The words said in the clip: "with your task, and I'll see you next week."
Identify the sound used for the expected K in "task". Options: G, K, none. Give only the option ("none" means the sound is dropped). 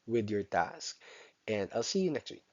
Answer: K